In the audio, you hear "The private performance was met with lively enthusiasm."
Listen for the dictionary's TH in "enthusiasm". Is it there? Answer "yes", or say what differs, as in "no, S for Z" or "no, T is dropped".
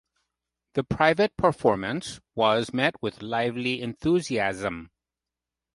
yes